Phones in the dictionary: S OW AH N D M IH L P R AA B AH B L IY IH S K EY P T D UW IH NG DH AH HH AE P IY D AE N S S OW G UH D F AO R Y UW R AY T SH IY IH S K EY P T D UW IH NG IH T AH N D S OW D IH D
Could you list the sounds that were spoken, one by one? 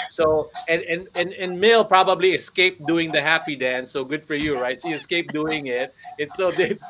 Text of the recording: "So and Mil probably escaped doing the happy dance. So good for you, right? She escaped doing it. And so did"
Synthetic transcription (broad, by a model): S OW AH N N M IH L P R AA B AH B L IY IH S K EY P D UW IH NG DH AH HH AE P IY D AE N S S OW G UH D F AO R Y UW R AY T S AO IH S K EY P D UW IH NG IH T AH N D S OW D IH